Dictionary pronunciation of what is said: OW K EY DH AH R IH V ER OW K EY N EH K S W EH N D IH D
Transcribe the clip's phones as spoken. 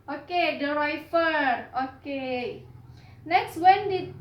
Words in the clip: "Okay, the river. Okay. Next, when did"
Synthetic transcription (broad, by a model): OW K EY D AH R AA F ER OW K EY N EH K S W EH N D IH